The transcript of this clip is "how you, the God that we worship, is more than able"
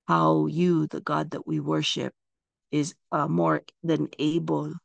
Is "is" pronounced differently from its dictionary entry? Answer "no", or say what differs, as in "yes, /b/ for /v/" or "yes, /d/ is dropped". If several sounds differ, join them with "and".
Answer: no